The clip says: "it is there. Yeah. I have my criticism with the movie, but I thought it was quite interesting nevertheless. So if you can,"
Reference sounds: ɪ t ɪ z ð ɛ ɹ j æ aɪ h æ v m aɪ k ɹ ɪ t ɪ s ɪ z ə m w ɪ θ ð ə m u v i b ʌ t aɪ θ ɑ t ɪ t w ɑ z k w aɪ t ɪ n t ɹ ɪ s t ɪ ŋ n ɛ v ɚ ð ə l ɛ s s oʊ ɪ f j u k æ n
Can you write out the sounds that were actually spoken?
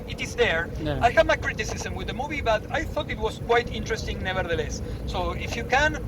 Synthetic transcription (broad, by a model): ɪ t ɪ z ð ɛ ɹ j aɪ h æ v m aɪ k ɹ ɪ t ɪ s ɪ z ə m w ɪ ð ə m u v i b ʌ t aɪ θ ɑ t ɪ t w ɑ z k w aɪ t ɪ n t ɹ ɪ s t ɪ ŋ n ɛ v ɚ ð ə l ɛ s s oʊ ɪ f j u k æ n